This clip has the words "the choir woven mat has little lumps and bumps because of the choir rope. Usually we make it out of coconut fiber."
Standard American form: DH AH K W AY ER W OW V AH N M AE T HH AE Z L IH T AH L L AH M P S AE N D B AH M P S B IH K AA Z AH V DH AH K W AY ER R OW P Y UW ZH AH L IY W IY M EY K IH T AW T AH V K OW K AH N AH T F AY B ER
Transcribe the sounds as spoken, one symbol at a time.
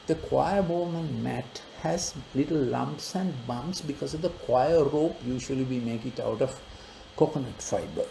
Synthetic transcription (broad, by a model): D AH K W AY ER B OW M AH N M AE T HH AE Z L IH T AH L L AH M P S AE N D B AH M P S B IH K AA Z AH V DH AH K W AY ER R OW P Y UW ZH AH L IY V IY M EY K IH T AW T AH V K OW K AH N AH T F AY B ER